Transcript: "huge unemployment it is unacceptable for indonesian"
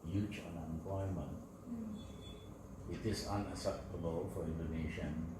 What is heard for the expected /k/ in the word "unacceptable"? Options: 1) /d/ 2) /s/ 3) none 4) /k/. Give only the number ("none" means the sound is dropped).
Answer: 3